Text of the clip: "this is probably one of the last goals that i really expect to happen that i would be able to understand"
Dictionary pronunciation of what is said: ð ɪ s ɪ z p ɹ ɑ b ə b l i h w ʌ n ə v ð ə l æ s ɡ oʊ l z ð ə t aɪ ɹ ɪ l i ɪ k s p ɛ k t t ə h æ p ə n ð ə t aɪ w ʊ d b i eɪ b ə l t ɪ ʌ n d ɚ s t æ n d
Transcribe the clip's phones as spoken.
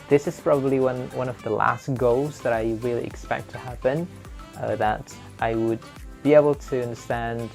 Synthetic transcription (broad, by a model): ð ɪ s ɪ z p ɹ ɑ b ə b l i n w ʌ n ə v ð ə l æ s ɡ oʊ l z ð ə t aɪ w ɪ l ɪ k s p ɛ k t t ə h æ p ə n ð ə t aɪ w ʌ d b i eɪ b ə l t ɪ ʌ n d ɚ s t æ n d